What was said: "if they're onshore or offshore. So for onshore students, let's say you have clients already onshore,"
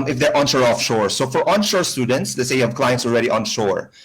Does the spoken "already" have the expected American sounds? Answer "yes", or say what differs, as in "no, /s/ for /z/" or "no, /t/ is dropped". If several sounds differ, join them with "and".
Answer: no, /l/ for /ɹ/